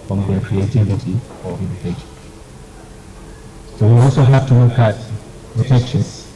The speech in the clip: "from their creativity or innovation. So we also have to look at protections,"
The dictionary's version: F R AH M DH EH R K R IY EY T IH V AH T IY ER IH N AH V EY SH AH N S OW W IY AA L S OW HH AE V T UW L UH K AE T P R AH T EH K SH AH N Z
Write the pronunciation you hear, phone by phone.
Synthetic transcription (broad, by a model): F R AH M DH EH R K R IY EY T IH V AH T IY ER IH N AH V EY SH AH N S OW W IY AA L S OW HH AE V T UW W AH K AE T P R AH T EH K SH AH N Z